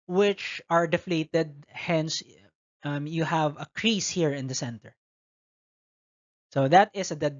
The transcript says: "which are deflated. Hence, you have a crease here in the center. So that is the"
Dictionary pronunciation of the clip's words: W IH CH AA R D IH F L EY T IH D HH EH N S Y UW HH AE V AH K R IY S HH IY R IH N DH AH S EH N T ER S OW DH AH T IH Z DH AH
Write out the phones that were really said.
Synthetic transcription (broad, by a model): W IH CH AA R D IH F L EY T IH D HH EH N S Y UW HH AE V AH K R IY S HH IY R IH N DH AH S EH N T ER S OW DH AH T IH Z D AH